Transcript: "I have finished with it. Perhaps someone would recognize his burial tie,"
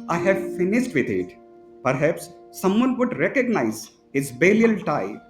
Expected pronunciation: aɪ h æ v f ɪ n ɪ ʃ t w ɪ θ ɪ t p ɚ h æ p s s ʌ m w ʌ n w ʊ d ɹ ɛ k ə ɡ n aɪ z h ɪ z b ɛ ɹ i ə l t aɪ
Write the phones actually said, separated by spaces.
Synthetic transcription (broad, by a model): aɪ h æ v f ɪ n ɪ ʃ t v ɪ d ɪ t p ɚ h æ p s s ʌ m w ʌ n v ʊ d ɹ ɛ k ə ɡ n aɪ z h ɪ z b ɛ l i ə l t aɪ